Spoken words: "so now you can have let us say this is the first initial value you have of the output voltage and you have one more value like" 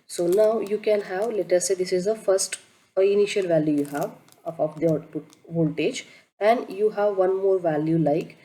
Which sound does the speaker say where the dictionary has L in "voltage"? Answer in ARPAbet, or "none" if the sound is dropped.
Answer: L